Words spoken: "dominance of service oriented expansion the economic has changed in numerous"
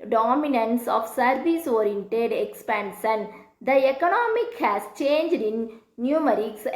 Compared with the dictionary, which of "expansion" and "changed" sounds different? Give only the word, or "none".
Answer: none